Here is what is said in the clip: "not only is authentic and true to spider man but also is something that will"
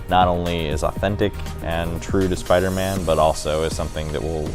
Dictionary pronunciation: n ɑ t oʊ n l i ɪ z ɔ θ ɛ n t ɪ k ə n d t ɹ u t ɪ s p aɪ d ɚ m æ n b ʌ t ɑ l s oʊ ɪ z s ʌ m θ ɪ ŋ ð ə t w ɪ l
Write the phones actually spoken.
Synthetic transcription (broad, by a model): n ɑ t oʊ n l i ɪ z ɔ θ ɛ n t ɪ k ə n t ɹ u t ɪ s p aɪ d ɚ m æ n b ʌ t ɑ l s oʊ ɪ z s ʌ m θ ɪ ŋ ð ə t w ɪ l